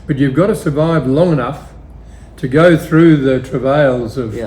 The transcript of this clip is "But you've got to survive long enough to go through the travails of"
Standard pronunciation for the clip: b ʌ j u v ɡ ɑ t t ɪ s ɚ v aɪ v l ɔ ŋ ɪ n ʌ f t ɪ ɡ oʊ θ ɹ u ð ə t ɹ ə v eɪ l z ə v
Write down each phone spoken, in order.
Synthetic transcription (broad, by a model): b ʌ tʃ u v ɡ ɑ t t ɪ s ɚ v aɪ v l ɔ ŋ ɪ n ʌ f t ɪ ɡ oʊ θ ɹ u ð ə t ɹ ə v eɪ l z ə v